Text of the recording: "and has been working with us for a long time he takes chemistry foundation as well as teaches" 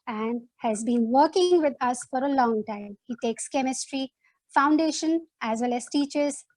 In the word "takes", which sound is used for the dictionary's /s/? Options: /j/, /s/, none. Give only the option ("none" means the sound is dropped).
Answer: /s/